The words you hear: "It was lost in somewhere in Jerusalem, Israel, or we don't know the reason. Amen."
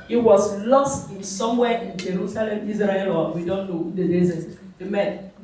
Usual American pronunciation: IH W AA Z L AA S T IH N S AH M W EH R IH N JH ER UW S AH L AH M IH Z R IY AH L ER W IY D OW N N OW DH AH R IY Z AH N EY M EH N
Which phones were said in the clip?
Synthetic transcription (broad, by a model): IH W AA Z L AA S T IH N S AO M W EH IH N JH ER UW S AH L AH M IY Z R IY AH L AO W IY D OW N N OW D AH L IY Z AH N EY M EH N